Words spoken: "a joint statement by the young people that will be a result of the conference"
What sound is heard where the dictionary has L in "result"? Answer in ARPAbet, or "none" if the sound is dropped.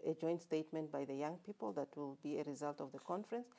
L